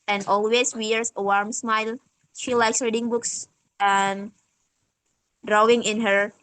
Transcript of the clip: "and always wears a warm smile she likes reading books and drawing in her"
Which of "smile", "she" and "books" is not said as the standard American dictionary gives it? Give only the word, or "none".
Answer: none